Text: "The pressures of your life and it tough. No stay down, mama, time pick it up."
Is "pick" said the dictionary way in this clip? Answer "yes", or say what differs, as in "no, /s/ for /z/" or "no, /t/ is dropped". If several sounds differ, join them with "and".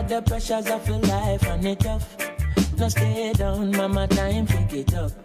no, /f/ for /p/